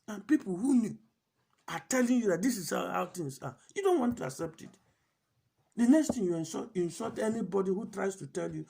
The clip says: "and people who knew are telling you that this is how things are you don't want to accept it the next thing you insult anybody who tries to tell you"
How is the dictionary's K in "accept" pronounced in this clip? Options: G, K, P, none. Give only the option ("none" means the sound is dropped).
K